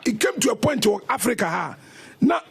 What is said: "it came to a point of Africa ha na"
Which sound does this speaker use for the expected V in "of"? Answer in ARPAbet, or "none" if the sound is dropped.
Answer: W